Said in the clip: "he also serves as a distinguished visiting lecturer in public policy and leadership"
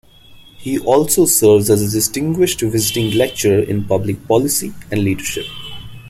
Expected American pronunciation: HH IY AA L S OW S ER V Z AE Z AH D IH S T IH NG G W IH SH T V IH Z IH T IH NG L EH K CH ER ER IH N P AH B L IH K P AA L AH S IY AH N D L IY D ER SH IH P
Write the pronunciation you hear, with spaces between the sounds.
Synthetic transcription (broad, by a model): HH IY AA L S OW S ER V Z AE Z AH D IH S T IH NG G W IH SH T V IH Z IH T IH NG L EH K CH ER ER IH N P AH B L IH K P AA L AH S IY AH N D L IY D ER SH IH P